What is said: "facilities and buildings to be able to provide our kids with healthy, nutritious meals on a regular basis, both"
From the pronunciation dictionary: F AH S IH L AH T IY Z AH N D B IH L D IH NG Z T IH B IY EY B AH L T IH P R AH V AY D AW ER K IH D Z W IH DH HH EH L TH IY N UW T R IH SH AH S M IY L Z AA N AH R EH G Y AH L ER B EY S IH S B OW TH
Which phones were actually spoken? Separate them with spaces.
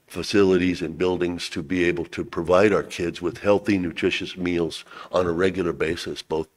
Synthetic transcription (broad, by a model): F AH S IH L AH T IY Z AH N B IH L D IH NG Z T IH B IY EY B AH L T IH P R AH V AY D AW ER K IH D Z W IH DH HH EH L TH IY N UW T R IH SH AH S M IY L Z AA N AH R EH G Y L ER B EY S IH S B OW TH